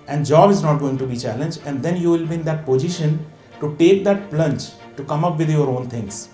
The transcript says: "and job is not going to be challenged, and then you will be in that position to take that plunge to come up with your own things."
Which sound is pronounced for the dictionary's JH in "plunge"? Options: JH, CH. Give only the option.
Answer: CH